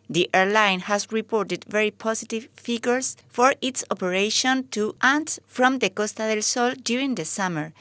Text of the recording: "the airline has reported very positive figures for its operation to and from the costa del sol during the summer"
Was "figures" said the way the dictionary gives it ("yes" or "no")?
no